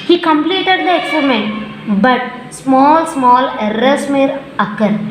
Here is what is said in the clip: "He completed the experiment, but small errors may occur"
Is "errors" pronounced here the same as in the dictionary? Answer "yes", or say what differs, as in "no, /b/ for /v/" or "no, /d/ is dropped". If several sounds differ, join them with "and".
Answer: no, /l/ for /ɹ/ and /s/ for /z/